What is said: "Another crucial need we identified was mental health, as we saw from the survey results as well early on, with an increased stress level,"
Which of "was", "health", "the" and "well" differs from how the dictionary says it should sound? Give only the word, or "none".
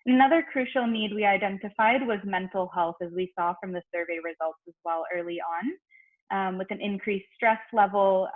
none